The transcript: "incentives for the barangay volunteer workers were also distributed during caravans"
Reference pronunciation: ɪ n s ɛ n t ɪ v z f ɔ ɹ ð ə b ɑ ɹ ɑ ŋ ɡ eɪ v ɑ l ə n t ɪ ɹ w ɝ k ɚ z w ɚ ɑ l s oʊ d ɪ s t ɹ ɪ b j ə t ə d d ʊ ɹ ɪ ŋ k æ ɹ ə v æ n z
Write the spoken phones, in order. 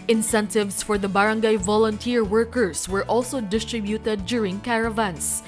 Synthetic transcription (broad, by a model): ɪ n s ɛ n t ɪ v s f ɔ ɹ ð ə b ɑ ɹ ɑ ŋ ɡ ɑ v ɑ l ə n t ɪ ɹ w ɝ k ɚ s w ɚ ɑ l s oʊ d ɪ s t ɹ ɪ b j ə t ə d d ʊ ɹ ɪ ŋ k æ ɹ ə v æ n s